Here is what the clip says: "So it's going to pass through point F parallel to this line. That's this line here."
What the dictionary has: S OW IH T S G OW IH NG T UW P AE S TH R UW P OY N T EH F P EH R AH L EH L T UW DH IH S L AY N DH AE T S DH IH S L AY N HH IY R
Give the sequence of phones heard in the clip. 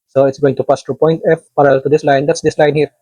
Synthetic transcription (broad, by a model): S OW IH T S G OW IH NG T UW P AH S T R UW P OY N T EH F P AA R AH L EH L T UW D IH S L AY N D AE T S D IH S L AY N HH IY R